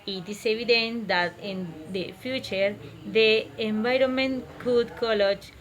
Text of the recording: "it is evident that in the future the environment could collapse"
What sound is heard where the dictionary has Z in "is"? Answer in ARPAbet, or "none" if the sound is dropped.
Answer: S